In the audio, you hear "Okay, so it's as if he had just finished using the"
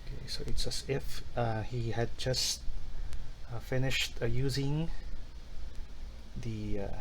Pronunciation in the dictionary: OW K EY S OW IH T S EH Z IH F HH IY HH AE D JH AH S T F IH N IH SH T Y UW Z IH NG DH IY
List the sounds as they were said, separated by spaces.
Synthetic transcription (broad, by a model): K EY S OW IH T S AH S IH F HH IY HH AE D JH AH S T F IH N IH SH T Y UW Z IH NG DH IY